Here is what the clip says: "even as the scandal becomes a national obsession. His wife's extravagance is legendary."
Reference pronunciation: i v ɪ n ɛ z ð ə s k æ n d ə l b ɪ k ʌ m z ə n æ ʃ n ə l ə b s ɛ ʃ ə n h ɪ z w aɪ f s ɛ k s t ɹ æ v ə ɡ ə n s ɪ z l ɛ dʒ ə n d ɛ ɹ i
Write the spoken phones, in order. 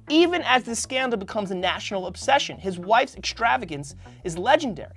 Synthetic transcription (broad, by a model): i v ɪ n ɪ z ð ə s k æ n d l b ɪ k ʌ m z ə n æ ʃ n l ə b s ɛ ʃ ə n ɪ z w aɪ f s ɛ k s t ɹ æ v ə ɡ ə n s ɪ z l ɛ dʒ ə n d ɛ ɹ i